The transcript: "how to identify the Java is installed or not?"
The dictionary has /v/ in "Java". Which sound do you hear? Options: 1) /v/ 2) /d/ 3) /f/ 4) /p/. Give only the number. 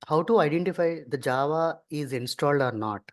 1